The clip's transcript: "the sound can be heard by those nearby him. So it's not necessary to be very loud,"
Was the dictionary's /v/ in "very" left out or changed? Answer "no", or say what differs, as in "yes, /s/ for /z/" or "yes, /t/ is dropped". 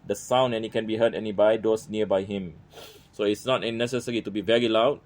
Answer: no